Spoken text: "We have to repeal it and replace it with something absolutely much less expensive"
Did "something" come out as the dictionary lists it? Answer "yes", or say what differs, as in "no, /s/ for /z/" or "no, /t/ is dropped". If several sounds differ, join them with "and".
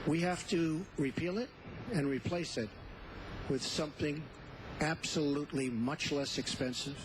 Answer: yes